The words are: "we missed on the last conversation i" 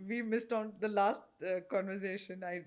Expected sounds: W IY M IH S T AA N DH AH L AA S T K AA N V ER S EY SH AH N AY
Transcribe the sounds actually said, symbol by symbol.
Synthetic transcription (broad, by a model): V IY M IH S T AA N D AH L AA S T K AA N V ER S EY SH AH N AY